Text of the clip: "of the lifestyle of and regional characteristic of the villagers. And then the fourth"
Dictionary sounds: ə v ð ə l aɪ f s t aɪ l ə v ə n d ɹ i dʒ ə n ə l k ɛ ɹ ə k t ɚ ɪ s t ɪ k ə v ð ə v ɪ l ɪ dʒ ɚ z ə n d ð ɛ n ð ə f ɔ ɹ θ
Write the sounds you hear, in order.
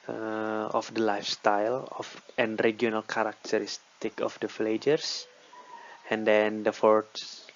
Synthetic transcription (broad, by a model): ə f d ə l aɪ f s t aɪ l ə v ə n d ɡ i ə n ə l k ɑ ɹ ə k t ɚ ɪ s t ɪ k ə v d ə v l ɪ dʒ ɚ s ə n d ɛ n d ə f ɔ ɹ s